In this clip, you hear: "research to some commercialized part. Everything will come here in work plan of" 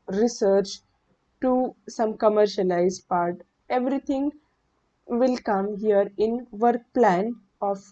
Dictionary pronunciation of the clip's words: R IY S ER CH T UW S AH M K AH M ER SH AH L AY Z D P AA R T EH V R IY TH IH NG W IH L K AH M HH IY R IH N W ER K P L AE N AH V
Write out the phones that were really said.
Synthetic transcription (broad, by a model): R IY S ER CH T UW S AH M K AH M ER SH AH L AY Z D P AA R T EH V R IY T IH NG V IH L K AH M HH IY R IH N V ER K P L AE N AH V